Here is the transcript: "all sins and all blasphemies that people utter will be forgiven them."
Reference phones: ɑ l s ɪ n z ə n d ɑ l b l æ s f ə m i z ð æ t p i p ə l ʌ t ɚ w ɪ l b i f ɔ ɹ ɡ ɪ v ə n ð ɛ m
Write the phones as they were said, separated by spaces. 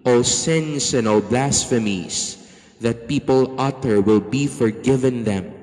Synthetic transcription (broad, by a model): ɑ l s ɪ n s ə n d ɑ l b l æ s f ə m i s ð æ t p i p ə l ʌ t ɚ w ɪ l b i f ɔ ɹ ɡ ɪ v ə n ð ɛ m